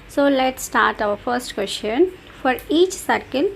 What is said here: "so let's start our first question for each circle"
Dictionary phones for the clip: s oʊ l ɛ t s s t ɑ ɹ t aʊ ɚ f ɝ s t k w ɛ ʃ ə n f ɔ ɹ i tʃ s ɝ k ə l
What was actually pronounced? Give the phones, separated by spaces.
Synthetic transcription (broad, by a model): s oʊ l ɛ t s s t ɑ ɹ t aʊ ɚ f ɝ s t k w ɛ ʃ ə n f ɔ ɹ i tʃ s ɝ k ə l